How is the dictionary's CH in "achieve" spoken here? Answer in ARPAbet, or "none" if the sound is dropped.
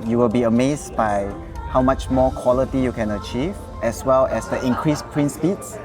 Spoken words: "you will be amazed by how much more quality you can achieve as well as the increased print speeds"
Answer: CH